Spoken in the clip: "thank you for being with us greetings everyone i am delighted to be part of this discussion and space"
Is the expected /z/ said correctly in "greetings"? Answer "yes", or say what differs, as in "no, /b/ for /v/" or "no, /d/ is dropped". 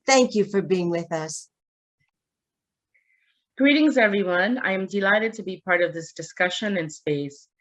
yes